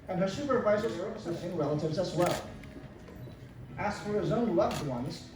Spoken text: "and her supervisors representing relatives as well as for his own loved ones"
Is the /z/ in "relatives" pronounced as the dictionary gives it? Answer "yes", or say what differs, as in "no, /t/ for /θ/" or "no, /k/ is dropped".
yes